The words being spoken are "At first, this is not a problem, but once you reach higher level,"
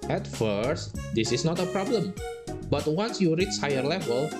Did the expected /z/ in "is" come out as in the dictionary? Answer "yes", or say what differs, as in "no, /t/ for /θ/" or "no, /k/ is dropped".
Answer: no, /s/ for /z/